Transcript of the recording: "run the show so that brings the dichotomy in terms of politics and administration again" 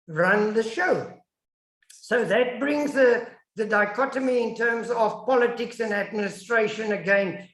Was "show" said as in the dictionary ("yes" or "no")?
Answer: yes